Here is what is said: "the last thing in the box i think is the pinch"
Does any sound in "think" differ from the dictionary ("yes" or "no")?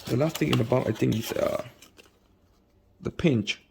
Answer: yes